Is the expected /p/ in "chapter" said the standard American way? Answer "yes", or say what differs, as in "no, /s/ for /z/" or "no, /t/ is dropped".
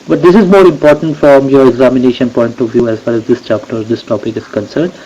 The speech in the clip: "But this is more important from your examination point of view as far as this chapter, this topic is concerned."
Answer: yes